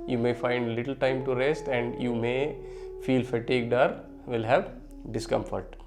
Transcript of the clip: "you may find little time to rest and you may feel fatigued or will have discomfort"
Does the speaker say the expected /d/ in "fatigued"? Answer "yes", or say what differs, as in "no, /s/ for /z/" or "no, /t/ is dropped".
yes